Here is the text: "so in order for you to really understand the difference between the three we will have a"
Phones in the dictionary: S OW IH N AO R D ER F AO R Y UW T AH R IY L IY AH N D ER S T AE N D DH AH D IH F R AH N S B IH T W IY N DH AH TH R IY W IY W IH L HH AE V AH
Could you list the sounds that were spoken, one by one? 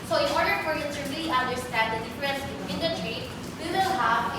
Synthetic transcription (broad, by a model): S OW IH N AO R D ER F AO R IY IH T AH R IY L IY AH N D ER S T AE N D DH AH D IH F R AH N S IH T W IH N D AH T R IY W IY W IH L HH AE V